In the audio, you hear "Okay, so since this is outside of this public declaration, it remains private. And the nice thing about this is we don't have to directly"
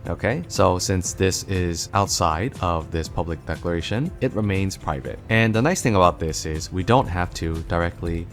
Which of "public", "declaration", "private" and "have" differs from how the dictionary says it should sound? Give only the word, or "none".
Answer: have